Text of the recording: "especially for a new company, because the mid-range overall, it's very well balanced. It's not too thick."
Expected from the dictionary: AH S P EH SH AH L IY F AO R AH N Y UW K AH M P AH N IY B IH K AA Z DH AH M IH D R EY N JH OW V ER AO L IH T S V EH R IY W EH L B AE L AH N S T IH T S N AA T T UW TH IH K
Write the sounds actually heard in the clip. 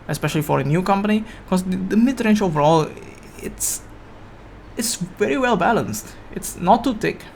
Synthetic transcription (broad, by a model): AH S P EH SH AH L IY F AO R AH N Y UW K AH M P AH N IY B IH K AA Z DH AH M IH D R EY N SH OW V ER AO L IH T S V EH R IY W EH L B AE L AH N S T IH T S N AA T T UW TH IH K